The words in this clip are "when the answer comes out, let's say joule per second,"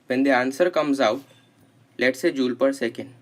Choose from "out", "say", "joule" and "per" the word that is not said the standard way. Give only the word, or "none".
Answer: none